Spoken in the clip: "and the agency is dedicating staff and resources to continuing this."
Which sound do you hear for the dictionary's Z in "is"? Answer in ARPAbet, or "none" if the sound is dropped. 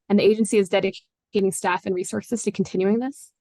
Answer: Z